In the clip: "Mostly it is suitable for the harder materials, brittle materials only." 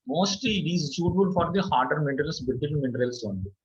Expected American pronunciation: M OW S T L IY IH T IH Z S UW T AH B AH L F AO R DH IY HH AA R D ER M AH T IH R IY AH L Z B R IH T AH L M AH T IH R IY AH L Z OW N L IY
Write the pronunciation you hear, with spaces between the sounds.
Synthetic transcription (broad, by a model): M OW S T L IY IH T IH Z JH UW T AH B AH L F AO R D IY HH AA R D ER M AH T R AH L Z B IH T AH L M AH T R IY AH L S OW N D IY